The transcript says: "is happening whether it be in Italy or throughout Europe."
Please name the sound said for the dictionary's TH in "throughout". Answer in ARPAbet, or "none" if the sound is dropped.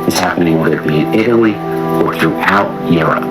TH